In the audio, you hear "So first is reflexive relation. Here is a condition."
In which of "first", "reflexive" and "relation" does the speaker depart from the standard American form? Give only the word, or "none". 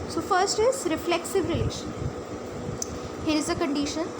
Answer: none